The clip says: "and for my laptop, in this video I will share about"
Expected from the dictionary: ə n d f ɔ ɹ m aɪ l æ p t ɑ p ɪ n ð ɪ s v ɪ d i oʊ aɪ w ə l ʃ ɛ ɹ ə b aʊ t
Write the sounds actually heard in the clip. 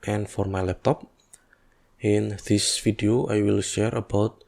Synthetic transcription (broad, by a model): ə n f ɔ ɹ m aɪ l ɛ p t ɑ p ɪ n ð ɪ s f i d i oʊ aɪ w ə l ʃ ɛ ɹ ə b aʊ t